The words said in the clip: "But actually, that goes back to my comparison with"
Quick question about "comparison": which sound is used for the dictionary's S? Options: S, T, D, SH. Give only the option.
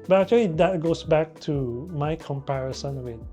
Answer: S